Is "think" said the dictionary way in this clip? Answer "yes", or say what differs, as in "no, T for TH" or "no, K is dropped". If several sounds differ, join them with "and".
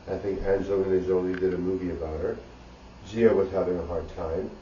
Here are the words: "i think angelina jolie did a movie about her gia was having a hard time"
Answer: yes